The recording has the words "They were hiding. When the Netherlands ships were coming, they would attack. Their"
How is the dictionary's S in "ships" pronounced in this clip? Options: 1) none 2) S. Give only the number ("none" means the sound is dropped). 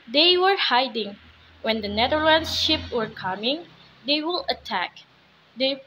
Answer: 1